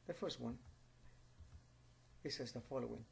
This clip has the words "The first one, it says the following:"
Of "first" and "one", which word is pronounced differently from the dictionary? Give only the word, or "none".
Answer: none